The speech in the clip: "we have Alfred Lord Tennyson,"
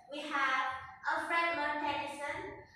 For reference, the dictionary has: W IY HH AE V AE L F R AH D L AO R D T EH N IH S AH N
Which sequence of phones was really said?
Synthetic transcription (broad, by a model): W IY HH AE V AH F R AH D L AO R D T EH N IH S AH N